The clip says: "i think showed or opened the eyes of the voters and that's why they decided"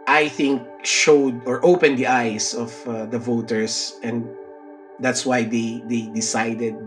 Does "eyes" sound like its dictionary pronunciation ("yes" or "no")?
no